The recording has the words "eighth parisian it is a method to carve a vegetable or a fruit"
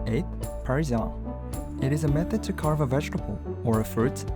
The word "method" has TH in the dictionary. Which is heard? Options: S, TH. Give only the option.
TH